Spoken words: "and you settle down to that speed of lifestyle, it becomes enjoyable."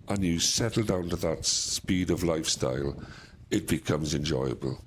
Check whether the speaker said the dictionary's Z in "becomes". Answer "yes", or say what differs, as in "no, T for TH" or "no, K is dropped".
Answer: yes